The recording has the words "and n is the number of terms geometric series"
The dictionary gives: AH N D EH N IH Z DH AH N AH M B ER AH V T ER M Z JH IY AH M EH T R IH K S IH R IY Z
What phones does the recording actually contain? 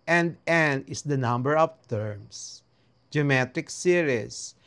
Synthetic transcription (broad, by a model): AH N D EH N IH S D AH N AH M B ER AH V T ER M S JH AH M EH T IH K S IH R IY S